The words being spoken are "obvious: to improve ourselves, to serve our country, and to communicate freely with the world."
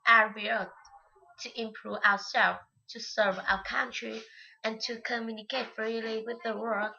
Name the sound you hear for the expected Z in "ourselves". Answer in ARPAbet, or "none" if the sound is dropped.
none